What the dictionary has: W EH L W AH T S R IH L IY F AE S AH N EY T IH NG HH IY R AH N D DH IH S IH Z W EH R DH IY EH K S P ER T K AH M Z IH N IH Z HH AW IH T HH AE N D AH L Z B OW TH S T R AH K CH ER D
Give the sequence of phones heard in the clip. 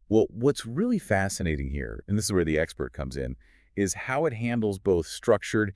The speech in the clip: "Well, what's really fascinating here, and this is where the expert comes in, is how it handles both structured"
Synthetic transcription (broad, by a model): W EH L W AH T S R IH L IY F AE S AH N EY T IH NG HH IY R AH N DH IH S IH Z W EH R DH IY EH K S P ER T K AH M Z IH N IH Z HH AW IH T HH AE N D L Z B OW TH S T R AH K CH ER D